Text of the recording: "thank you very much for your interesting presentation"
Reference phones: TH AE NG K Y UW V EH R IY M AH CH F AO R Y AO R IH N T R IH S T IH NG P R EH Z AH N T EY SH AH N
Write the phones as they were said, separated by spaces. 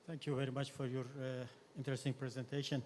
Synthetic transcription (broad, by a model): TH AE NG K Y UW V EH R IY M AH CH F AO R Y AO R IH N T R IH S T IH NG P R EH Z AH N T EY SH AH N